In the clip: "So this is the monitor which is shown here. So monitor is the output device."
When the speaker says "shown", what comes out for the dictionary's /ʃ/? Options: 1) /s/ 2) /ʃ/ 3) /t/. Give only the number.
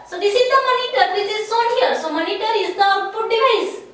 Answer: 1